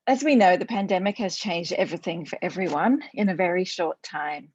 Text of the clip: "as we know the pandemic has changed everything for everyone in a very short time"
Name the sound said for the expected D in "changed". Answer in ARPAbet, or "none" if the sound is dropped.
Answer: D